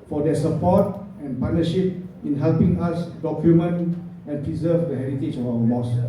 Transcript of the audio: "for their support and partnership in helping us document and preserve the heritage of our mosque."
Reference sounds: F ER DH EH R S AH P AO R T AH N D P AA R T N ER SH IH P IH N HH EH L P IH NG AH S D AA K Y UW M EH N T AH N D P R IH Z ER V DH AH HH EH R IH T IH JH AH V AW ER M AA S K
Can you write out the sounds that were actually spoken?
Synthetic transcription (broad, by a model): F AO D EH S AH P AO T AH N P AA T N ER SH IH P IH N HH EH L P IH NG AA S D AA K Y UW M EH N AH N P R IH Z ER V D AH HH EH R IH T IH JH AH F AW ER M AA S